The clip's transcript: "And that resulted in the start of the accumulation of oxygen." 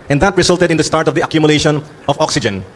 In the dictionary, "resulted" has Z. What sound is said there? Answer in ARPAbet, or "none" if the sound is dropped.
S